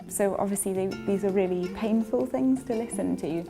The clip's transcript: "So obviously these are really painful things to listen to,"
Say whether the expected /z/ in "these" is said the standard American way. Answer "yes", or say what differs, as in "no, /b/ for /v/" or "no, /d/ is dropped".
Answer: yes